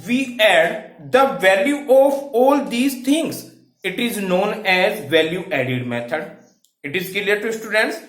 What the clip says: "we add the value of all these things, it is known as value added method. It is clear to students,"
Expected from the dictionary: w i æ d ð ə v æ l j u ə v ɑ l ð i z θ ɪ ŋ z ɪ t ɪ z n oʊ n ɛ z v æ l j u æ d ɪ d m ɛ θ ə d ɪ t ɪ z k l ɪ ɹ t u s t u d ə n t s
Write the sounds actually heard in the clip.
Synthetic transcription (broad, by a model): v i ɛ d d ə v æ l j u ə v ɑ l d i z t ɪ ŋ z ɪ t ɪ z n oʊ n ɛ z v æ l j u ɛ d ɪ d m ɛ t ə d ɪ t ɪ z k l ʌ ɹ t u s t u d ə n t s